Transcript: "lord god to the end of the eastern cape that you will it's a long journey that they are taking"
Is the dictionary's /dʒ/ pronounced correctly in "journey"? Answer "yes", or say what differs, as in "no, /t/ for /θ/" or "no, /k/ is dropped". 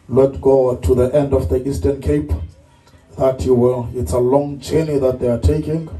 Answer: no, /tʃ/ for /dʒ/